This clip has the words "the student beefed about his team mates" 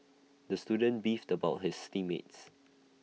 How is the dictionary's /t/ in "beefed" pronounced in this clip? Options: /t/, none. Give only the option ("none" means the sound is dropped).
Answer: /t/